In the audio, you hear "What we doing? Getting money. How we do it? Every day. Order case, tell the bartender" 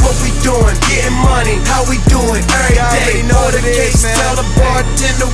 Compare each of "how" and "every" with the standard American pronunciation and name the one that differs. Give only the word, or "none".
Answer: every